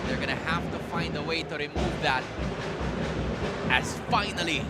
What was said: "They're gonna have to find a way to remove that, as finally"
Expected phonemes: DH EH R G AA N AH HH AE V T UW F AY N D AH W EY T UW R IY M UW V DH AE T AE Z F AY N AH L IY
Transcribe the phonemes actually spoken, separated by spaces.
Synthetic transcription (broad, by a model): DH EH R G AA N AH HH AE F T UW F AY N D AH W EY T UW R IY M UW V DH AE T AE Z F AY N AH L IY